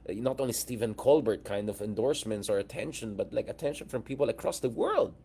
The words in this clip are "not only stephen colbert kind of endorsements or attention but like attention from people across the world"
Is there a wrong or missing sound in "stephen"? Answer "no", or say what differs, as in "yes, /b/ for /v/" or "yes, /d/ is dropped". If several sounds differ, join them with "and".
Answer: no